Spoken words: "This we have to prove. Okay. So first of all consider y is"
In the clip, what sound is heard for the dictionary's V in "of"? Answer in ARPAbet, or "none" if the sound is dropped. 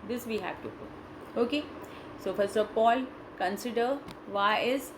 P